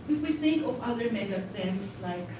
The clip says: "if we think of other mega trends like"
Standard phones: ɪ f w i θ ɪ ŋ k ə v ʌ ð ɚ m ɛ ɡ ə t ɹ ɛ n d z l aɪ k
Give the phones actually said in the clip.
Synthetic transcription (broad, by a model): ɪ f w i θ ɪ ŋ k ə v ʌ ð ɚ m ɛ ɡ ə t ɹ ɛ n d s l aɪ k